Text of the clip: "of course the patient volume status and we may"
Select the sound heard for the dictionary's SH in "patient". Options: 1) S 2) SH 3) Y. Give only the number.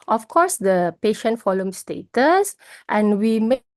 2